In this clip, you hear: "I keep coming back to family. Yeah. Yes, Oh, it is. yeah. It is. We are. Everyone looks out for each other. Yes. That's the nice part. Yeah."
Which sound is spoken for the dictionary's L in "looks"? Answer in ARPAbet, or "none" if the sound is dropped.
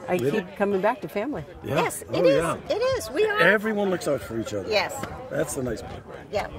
L